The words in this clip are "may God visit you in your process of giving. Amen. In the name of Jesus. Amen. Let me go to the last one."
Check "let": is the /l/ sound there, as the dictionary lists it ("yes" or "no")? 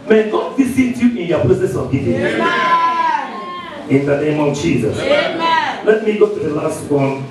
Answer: yes